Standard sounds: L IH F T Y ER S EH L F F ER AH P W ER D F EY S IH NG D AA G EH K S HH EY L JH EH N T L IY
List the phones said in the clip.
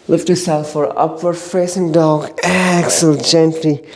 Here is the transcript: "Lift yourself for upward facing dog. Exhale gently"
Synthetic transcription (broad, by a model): L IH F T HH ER S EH L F F ER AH P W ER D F EY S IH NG D AA G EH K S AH L JH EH N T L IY